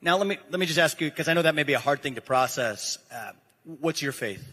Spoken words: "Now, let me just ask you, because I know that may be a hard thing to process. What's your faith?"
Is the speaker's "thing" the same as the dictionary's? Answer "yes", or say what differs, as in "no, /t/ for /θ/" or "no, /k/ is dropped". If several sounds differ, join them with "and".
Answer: yes